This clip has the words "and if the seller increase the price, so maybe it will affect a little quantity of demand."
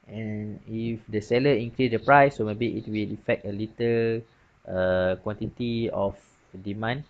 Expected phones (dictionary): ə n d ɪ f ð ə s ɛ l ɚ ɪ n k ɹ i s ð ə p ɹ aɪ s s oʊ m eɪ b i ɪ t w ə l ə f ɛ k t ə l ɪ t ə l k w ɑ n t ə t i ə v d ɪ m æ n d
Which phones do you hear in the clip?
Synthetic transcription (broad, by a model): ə n ɪ f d ə s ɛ l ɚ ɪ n k ɹ i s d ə p ɹ aɪ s s oʊ m eɪ b i ɪ t w ə l ə f ɛ k t ə l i t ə l k w ɑ n t ə t i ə f d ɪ m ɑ n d